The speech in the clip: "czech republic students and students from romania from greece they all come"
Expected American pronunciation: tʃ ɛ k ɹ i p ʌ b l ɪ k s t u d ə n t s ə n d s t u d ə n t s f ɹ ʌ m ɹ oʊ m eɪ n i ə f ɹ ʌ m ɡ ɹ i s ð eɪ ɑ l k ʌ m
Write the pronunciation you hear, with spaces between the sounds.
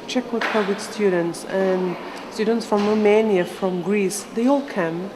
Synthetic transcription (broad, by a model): tʃ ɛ k w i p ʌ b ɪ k s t u d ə n t s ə n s t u d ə n t s f ɹ ʌ m ɹ oʊ m eɪ n i ə f ɹ ʌ m ɡ ɹ i s ð eɪ ɑ l k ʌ m